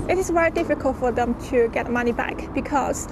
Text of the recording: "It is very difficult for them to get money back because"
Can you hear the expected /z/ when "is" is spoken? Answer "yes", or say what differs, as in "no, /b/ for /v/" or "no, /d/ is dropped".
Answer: no, /s/ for /z/